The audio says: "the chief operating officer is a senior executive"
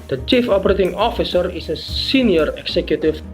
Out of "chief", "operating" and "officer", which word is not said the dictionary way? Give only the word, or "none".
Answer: none